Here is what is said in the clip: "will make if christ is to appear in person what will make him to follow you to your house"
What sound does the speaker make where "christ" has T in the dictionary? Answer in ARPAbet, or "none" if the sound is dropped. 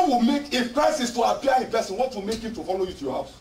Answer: none